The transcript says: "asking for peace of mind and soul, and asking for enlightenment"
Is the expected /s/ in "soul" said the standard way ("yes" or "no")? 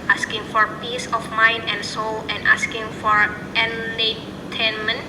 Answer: yes